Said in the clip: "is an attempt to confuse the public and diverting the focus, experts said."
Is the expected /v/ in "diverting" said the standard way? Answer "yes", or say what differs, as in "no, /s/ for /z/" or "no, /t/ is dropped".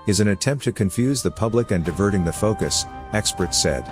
yes